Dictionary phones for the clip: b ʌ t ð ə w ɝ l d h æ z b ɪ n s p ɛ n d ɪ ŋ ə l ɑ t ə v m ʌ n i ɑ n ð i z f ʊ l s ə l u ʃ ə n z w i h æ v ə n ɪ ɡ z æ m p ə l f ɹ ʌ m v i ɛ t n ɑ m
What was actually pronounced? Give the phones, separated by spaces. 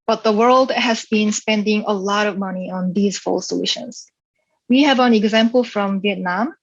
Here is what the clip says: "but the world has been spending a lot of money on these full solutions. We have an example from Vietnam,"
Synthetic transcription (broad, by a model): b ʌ t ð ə w ɝ l d h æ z b ɪ n s p ɛ n d ɪ ŋ ə l ɑ t ə v m ʌ n i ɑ n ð i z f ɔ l s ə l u ʃ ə n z w i h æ v ə n ɪ ɡ z æ m p ə l f ɹ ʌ m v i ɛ t n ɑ m